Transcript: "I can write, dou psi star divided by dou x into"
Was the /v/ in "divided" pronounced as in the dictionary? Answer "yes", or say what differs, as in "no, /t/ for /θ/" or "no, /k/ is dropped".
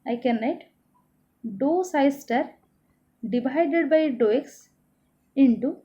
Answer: no, /b/ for /v/